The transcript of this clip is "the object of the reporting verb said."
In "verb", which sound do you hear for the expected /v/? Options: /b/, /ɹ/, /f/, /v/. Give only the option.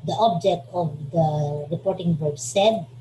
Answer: /b/